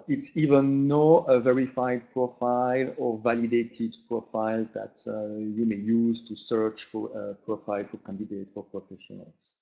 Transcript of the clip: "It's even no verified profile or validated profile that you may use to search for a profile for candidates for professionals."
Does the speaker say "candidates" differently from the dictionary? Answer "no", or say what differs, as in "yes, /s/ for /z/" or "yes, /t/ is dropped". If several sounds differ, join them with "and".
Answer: yes, /s/ is dropped